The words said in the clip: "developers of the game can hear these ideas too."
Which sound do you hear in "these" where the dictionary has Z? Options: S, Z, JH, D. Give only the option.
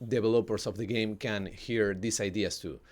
S